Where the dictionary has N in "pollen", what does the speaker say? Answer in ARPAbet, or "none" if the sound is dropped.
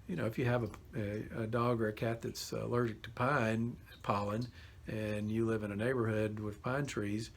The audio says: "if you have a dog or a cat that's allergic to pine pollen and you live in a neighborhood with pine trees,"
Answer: N